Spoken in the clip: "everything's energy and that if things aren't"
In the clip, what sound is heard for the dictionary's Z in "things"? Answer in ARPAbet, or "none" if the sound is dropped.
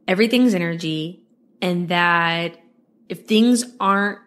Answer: Z